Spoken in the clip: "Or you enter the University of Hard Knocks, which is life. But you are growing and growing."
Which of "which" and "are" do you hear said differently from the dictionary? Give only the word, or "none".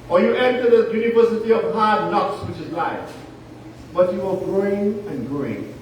are